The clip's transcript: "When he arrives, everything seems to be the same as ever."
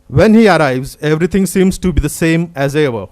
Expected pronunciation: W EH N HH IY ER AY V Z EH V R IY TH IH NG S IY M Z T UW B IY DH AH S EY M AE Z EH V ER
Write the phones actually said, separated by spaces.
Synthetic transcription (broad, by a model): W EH N HH IY ER AY V Z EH V R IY T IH NG S IY M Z T UW B IY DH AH S EY M AE Z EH V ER